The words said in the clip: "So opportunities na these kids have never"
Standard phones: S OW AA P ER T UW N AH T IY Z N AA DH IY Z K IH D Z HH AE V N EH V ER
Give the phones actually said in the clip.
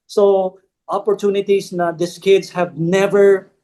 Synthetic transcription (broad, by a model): S OW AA P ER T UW N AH T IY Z N AA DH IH S K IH D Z HH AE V N EH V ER